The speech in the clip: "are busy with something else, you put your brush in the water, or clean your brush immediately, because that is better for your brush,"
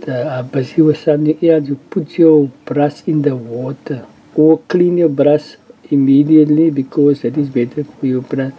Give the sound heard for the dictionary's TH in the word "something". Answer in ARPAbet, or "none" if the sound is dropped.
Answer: T